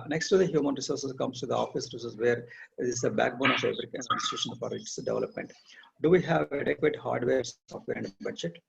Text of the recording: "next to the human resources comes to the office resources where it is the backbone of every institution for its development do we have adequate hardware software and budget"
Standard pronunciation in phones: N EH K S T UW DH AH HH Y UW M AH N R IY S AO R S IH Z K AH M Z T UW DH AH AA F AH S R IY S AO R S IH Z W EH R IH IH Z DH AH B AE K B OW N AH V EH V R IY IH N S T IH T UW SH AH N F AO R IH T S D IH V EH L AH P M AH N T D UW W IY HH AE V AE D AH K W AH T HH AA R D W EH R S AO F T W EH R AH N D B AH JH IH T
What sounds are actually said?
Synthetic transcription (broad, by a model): N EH K S T UW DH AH HH Y UW M AH N R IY S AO R S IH S K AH M S T UW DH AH AA F AH S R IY S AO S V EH R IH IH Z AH B AE K B OW N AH F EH B R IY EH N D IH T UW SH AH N F AO R IH T S D IH V EH L AH P M AH N T D UW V IY HH AE V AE D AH K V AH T HH AA R D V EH R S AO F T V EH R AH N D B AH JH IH T